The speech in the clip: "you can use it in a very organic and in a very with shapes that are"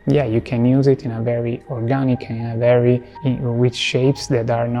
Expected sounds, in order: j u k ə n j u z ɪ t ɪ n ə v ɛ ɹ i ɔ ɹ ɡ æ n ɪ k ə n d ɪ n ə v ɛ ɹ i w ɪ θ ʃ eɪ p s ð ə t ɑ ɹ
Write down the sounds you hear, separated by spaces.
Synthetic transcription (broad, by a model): j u k ə n j u z ɪ t ɪ n ə v ɛ ɹ i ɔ ɹ ɡ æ n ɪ k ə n ɪ n ə v ɛ ɹ i w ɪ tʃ ʃ eɪ p s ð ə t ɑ ɹ